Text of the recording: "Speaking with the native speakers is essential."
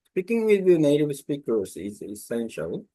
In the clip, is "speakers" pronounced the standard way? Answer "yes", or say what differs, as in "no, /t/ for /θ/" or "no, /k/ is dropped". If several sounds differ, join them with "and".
no, /s/ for /z/